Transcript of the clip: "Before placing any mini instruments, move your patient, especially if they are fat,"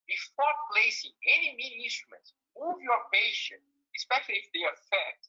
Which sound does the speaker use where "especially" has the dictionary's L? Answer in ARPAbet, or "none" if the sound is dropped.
L